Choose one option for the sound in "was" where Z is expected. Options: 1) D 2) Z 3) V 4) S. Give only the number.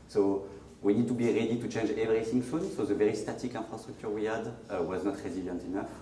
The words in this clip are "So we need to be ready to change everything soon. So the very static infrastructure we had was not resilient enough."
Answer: 2